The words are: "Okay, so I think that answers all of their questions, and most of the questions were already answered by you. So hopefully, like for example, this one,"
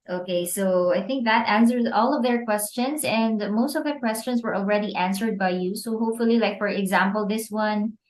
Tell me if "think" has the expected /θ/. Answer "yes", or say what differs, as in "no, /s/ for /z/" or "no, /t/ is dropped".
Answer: yes